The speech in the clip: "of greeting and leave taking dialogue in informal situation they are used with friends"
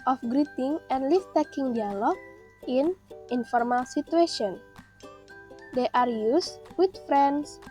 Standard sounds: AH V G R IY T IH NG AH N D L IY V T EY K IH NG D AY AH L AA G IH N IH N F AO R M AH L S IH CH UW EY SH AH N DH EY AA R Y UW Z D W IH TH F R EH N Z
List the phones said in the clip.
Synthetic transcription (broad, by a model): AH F G R IY T IH NG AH N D L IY F T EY K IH NG D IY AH L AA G IH N IH N F AO R M AH L S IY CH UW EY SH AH N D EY AA R Y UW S W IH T F R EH N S